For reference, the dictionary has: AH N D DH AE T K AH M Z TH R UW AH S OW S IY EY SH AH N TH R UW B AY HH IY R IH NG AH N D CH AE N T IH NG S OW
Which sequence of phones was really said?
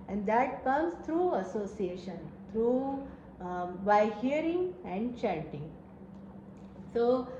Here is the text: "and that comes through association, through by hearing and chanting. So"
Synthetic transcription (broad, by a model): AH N D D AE T K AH M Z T R UW AH S OW S IY EY SH AH N T R UW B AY HH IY R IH NG AH N D CH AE T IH NG S OW